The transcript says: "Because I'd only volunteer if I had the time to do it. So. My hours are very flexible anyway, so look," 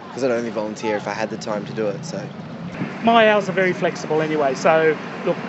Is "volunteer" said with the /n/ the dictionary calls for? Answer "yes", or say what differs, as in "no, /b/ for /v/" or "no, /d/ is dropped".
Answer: yes